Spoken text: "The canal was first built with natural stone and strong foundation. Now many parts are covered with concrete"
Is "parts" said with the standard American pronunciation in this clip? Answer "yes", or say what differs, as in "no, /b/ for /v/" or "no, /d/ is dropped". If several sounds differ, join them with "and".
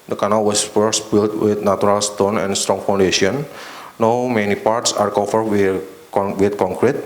yes